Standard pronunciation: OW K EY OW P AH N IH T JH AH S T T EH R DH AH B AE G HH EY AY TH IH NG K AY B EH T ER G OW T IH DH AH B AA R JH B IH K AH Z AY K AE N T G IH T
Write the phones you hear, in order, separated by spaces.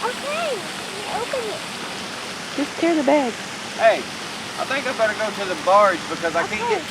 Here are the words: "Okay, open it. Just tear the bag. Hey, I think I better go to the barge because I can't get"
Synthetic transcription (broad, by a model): OW K EY OW P AH N IH T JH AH S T T EH R DH AH B AE G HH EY AY TH IH NG K AY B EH T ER G OW T IH DH AH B AA R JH B IH K AH Z AY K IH